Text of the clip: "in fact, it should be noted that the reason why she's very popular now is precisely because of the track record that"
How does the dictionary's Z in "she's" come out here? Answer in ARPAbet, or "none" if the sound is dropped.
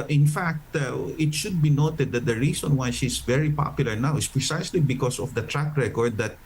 S